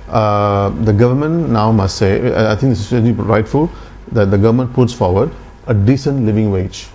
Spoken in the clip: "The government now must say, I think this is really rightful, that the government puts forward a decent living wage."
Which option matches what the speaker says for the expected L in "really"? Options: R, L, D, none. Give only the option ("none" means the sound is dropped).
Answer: none